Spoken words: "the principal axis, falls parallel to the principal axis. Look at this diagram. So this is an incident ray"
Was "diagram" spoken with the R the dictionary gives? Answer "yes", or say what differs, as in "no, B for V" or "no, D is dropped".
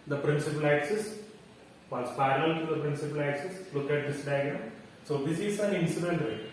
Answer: no, R is dropped